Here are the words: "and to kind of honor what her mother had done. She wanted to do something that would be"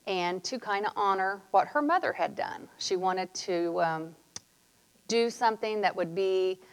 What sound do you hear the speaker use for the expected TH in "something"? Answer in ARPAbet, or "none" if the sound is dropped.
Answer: TH